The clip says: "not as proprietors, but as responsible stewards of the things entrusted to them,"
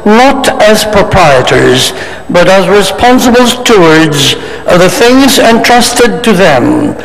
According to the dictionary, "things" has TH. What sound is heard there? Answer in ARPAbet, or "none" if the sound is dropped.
TH